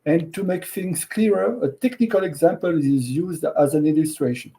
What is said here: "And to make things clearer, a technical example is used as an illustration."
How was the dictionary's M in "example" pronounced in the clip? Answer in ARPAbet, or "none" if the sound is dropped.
M